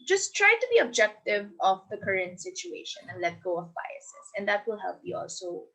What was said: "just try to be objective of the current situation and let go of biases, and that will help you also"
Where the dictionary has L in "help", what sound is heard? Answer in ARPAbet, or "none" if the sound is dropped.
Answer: L